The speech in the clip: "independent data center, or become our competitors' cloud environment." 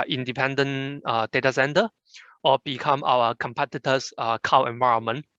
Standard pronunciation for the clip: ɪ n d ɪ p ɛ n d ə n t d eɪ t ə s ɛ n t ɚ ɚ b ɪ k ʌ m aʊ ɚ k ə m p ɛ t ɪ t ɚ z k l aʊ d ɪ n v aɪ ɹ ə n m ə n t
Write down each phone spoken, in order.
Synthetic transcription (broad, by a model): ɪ n d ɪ p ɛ n d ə n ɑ d eɪ t ə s ɛ n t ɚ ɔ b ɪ k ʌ m aʊ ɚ k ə m p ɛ t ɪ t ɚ s k aʊ ɪ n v aɪ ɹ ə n m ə n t